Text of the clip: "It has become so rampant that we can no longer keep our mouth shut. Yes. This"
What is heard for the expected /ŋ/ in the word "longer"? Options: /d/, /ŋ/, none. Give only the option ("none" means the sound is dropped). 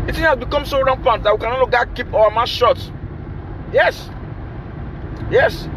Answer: none